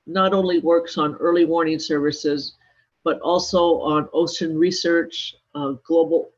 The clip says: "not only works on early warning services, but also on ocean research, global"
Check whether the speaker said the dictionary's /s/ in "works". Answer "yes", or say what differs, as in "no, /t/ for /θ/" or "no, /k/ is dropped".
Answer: yes